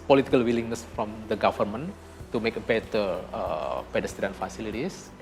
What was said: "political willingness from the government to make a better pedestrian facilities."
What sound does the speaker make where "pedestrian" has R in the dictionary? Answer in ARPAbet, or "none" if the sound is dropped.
none